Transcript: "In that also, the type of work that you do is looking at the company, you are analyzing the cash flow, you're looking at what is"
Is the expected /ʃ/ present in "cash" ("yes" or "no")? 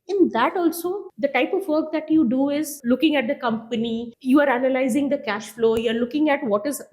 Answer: yes